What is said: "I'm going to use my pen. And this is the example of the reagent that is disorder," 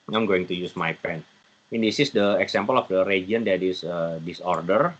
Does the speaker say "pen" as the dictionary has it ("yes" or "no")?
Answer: yes